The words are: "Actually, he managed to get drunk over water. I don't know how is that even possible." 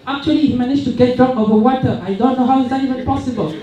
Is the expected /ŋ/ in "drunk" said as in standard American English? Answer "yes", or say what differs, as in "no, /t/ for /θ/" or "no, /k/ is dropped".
no, /ŋ/ is dropped